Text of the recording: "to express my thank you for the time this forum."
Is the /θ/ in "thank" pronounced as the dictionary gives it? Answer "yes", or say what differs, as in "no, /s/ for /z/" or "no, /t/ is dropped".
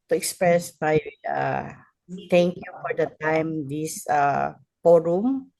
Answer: no, /t/ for /θ/